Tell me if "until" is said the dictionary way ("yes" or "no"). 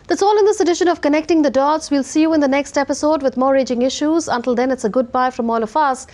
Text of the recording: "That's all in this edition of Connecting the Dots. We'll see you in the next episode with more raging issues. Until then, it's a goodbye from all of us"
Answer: yes